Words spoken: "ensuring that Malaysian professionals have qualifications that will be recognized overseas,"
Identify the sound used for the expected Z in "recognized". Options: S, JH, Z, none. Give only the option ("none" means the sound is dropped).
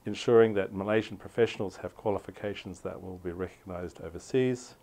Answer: Z